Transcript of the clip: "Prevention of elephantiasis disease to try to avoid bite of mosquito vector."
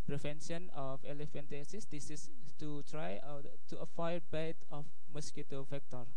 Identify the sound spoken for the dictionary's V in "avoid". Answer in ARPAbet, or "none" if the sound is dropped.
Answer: F